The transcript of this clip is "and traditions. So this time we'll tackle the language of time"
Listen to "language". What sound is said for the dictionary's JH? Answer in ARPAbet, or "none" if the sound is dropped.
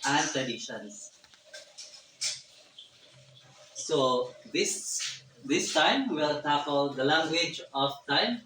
JH